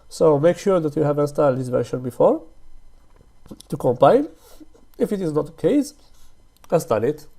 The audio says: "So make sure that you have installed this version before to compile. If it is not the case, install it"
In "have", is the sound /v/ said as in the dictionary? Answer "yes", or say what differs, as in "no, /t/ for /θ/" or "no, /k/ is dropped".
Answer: yes